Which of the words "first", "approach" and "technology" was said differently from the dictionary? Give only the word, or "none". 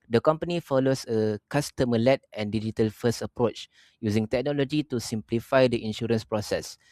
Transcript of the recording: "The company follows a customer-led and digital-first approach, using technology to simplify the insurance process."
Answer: first